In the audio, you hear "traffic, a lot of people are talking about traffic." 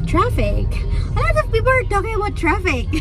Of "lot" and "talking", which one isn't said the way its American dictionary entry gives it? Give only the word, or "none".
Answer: lot